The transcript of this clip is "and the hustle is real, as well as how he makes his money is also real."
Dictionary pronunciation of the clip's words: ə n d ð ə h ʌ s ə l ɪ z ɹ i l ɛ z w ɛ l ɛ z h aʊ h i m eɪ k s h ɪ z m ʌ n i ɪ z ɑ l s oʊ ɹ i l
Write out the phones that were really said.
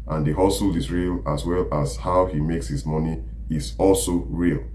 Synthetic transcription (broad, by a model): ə n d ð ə h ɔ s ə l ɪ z ɹ i l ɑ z w ɛ l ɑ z h aʊ h i m eɪ k s h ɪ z m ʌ n i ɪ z ɑ l s oʊ ɹ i l